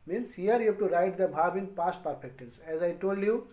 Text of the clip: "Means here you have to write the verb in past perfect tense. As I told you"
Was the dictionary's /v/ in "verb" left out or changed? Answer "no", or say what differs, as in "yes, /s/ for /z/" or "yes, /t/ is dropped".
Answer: yes, /b/ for /v/